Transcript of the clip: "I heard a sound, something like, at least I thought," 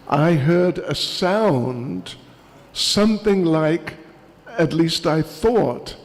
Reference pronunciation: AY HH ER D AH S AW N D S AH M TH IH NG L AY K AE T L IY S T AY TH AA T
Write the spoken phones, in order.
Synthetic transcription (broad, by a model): AY HH ER D AH S AW N D S AH M TH IH NG L AY K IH T L IY S T AY TH AA T